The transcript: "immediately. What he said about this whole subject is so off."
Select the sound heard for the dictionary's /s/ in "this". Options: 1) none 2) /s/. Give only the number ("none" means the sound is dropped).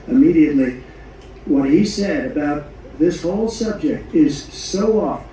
2